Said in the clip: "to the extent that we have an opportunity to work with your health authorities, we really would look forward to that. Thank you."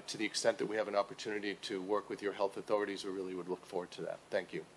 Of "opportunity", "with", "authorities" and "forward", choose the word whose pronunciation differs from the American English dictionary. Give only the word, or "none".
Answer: none